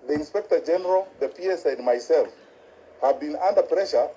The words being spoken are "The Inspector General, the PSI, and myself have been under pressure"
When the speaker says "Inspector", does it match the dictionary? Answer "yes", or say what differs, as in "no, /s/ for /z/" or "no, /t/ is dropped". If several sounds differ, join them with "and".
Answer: yes